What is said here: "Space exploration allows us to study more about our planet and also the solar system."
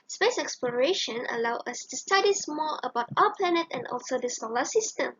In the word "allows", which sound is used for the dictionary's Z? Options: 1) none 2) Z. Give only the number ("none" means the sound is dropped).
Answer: 1